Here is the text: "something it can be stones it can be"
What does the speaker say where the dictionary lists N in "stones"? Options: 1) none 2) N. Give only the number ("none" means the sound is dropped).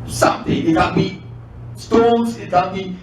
1